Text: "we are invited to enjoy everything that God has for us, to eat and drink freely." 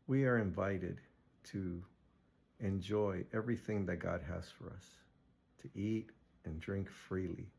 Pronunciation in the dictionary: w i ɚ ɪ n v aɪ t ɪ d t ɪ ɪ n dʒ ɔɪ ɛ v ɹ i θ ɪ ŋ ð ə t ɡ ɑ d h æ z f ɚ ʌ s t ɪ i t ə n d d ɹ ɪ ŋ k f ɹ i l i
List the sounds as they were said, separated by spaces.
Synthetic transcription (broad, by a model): w i ɚ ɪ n v aɪ t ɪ d t ɪ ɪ n dʒ ɔɪ ɛ v ɹ i θ ɪ ŋ ð ə t ɡ ɑ d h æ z f ɚ ʌ s t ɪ i t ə n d d ɹ ɪ ŋ k f ɹ i l i